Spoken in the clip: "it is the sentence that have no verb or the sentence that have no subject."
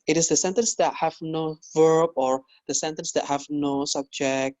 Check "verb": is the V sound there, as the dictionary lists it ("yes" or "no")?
yes